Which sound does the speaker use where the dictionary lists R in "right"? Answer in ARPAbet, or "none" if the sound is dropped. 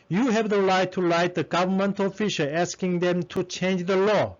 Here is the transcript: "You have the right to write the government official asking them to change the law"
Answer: L